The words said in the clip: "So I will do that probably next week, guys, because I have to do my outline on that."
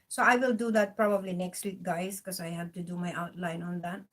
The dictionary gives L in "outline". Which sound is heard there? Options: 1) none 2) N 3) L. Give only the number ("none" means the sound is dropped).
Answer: 3